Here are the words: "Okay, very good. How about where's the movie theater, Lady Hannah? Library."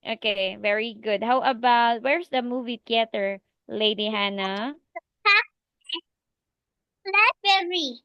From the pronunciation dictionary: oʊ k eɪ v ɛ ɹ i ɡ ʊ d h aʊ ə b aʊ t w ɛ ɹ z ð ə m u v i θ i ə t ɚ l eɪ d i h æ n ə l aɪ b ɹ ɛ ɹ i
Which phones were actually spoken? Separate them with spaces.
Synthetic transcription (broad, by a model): oʊ k eɪ v ɛ ɹ i ɡ ʊ d h aʊ ə b aʊ t w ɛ ɹ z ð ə m u v i t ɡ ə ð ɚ l eɪ d i h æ n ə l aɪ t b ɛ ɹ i